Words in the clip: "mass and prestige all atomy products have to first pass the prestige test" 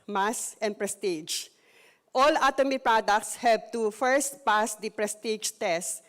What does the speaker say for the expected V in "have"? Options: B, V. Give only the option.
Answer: B